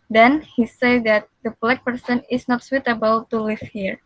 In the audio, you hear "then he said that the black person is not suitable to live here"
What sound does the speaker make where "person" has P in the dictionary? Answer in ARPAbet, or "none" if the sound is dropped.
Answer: P